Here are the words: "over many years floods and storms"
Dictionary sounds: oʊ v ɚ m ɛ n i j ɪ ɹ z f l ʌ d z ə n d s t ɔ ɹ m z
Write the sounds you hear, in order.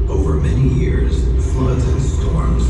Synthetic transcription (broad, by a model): oʊ v ɚ m ɛ n i j ɪ ɹ z f l ʌ d z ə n s t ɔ ɹ m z